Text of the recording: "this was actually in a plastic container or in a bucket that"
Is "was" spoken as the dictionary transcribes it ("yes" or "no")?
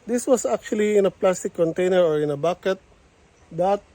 no